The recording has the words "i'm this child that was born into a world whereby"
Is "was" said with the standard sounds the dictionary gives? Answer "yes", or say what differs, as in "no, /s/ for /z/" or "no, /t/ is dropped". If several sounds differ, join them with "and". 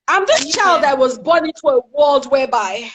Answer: yes